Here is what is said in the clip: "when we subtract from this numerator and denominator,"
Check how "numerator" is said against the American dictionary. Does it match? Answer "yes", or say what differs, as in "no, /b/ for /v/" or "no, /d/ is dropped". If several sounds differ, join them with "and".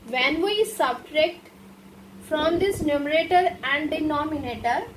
yes